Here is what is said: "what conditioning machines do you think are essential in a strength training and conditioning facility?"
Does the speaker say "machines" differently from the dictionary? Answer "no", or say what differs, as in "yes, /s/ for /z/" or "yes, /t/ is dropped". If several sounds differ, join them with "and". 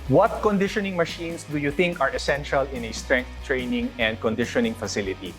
yes, /s/ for /z/